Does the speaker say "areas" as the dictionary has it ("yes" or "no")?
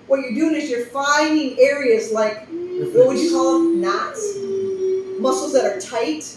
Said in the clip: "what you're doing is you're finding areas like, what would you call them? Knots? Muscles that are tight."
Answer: yes